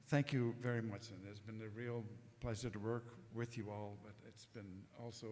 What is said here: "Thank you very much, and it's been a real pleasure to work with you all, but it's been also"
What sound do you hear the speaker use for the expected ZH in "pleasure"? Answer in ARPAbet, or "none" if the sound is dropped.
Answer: S